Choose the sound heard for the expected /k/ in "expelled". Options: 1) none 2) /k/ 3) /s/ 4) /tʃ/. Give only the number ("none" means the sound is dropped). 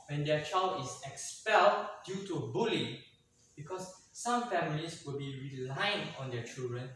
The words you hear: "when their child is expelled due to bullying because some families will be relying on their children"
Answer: 2